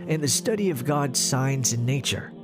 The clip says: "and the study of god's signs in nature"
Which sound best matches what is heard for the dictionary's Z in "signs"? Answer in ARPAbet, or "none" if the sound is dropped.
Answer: Z